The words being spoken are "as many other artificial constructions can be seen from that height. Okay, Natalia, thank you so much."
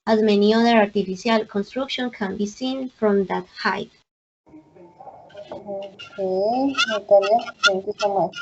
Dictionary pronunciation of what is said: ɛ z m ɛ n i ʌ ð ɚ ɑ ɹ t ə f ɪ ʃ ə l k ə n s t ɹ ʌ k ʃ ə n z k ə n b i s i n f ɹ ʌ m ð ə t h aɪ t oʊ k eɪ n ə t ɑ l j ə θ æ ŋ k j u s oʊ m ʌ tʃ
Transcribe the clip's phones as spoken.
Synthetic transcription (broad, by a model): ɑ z m ɛ n i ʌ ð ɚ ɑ ɹ t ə f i s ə l k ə n s t ɹ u k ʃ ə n k ə n b i s i n f ɹ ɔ m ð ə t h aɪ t oʊ k eɪ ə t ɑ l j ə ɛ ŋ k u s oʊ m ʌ